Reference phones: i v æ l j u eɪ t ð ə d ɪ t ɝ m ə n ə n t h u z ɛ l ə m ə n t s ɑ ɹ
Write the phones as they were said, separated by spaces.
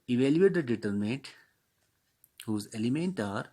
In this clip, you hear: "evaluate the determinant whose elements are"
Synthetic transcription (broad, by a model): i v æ l j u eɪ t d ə d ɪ t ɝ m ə n t h u z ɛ l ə m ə n t ɑ ɹ